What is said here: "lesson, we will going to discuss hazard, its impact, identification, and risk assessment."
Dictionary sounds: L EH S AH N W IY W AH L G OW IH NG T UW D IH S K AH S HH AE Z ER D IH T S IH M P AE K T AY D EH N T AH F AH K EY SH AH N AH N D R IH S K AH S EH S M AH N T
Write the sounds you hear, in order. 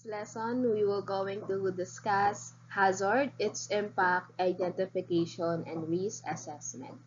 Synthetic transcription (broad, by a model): L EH S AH N W IY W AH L G OW IH NG T UW D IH S K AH S HH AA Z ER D IH T S IH M P AE K T AY D EH N T AH F AH K EY SH AH N AH N D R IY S AH S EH S M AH N T